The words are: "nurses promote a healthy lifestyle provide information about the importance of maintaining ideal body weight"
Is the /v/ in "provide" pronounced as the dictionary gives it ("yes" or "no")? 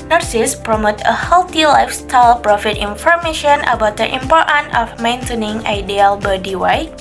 no